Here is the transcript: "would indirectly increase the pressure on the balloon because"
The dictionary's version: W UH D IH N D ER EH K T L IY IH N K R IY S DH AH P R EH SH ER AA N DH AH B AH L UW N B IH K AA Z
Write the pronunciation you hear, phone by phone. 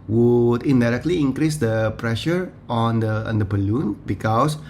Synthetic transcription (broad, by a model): W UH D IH N D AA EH K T L IY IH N K R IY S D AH P R EH SH ER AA N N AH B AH L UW N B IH K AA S